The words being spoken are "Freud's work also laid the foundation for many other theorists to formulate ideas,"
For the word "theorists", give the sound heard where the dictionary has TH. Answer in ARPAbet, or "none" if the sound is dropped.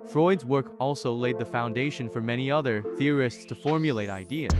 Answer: TH